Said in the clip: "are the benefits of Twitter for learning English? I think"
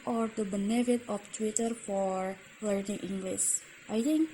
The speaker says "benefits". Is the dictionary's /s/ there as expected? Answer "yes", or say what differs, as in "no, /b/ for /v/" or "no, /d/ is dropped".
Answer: no, /s/ is dropped